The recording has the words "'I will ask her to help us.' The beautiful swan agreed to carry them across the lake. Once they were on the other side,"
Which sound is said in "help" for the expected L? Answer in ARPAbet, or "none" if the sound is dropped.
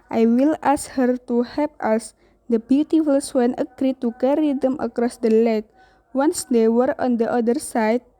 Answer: none